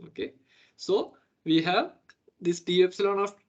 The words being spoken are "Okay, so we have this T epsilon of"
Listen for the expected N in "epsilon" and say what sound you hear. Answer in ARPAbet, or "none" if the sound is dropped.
N